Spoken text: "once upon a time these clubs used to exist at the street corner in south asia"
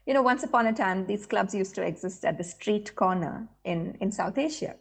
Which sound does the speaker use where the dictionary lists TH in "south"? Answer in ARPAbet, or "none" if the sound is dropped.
T